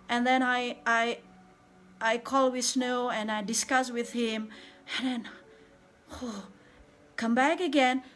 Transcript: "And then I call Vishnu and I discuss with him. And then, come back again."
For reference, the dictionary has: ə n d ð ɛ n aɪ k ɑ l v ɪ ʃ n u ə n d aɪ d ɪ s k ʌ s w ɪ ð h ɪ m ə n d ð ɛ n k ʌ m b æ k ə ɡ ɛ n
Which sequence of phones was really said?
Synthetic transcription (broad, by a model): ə n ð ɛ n aɪ k ɑ l w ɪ s n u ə n aɪ d ɪ s k ʌ s w ɪ ð h ɪ m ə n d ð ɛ n k ʌ m b æ k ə ɡ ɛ n